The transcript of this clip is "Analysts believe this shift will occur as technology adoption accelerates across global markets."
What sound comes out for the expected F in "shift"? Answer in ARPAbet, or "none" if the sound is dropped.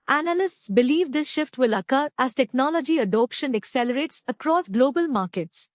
F